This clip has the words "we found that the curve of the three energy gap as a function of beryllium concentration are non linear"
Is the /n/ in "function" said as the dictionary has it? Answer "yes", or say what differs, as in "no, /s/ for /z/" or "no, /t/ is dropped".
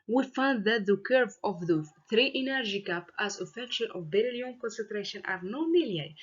no, /l/ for /n/